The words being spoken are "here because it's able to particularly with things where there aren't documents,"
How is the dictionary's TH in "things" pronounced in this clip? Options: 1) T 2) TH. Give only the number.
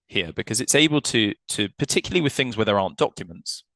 2